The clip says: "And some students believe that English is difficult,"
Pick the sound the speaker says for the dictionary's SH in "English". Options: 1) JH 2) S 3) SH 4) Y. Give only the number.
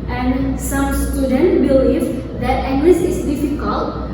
2